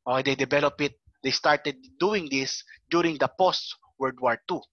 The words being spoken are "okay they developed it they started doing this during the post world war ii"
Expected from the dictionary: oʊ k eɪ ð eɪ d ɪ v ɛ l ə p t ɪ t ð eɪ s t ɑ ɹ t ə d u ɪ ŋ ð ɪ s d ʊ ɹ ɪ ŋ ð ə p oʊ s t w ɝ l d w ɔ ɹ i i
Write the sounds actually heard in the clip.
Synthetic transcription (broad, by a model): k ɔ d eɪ d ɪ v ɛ l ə p ɪ t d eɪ s t ɑ ɹ t ə d u ɪ ŋ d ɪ s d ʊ ɹ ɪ ŋ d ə p oʊ s t w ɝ d w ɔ ɹ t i